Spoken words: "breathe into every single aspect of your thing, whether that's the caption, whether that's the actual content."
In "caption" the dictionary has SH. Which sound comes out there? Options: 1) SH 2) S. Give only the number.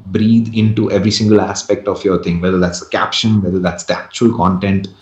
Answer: 1